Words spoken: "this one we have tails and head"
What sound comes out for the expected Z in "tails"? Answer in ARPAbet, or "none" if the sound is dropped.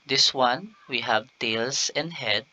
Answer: S